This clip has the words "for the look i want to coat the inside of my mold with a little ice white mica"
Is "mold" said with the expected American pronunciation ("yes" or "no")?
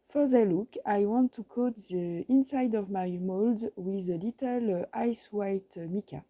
yes